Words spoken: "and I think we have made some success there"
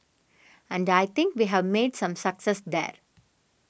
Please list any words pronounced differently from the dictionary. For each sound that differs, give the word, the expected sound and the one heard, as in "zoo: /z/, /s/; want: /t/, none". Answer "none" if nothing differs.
think: /θ/, /t/